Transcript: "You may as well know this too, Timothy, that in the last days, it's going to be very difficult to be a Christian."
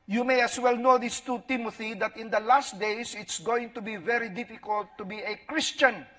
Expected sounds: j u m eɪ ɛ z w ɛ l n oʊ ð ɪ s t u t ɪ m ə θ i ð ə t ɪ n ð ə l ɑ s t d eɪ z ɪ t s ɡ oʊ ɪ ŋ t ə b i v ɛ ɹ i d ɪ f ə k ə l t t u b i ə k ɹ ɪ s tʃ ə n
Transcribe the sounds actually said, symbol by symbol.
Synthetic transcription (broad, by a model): j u m eɪ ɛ s w ɛ l n oʊ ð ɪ s t u t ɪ m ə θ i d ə t ɪ n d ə l ɑ s t d eɪ s ɪ t s ɡ oʊ ɪ ŋ t ə b i v ɛ ɹ i d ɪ f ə k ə l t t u b i ə k ɹ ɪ s tʃ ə n